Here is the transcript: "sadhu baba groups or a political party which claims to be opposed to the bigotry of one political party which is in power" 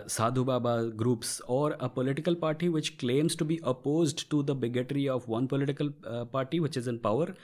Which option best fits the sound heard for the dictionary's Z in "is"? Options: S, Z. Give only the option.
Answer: Z